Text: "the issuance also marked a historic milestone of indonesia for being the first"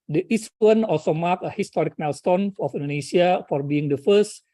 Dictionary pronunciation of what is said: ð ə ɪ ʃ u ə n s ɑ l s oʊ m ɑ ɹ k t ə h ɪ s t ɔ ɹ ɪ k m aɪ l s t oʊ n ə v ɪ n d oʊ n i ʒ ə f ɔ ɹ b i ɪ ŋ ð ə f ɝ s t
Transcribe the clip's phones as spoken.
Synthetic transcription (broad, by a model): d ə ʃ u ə n ɑ l s oʊ m ɑ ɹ k ə h ɪ s t ɔ ɹ ɪ k m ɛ l s t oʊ n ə f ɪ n d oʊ n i s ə f ɔ ɹ b i ɪ ŋ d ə f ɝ s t